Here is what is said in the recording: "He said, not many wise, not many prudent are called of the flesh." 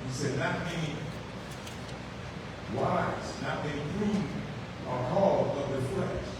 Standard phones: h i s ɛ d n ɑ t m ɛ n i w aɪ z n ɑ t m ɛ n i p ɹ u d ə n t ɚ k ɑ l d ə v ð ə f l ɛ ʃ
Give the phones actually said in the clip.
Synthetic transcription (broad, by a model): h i s ɛ d n ɑ t m ɛ n i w aɪ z n ɑ t m ɛ n i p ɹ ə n ɚ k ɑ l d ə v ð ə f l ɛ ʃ